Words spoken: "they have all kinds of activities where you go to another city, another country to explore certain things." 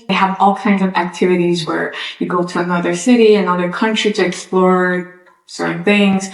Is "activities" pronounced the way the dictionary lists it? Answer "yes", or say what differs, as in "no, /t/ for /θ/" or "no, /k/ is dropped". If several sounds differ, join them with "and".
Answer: yes